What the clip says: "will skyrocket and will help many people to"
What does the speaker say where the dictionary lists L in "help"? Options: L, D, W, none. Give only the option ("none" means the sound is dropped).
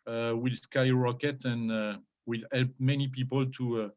L